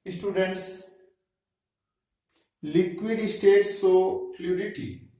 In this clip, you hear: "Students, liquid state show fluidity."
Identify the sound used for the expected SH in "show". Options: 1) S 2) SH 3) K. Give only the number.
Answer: 1